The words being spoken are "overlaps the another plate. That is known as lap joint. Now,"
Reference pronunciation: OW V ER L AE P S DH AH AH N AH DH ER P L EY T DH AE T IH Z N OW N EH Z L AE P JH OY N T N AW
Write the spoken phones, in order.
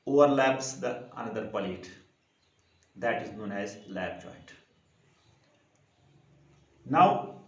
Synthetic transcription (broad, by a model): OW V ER L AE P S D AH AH N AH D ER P L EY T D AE T IH Z N OW N EH Z L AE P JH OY T N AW